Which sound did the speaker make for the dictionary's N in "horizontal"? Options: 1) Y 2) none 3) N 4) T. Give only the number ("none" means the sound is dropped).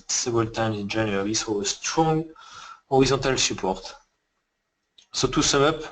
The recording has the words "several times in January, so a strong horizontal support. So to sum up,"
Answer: 2